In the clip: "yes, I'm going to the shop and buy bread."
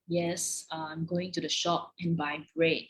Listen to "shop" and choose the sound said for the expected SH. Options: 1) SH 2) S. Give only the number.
1